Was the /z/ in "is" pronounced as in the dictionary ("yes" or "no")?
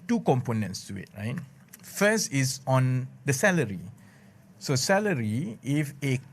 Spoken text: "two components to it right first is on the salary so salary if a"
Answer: no